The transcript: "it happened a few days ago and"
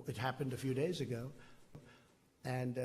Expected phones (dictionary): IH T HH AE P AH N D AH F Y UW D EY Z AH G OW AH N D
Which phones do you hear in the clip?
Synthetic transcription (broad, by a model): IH T HH AE P AH N D AH F Y UW D EY Z AH G OW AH N